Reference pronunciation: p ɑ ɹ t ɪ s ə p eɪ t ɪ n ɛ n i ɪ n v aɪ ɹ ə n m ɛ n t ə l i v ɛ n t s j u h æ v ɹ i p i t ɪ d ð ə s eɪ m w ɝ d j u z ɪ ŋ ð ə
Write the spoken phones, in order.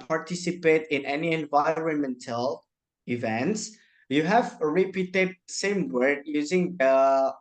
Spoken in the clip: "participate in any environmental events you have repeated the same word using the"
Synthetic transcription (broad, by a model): p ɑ ɹ t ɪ s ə p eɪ t ɪ n ɛ n i ɪ n v aɪ ɹ ə n m ɛ n t ə l i v ɛ n t s j u h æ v ɹ i p i t ɪ d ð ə s eɪ m w ɝ d j u z ɪ ŋ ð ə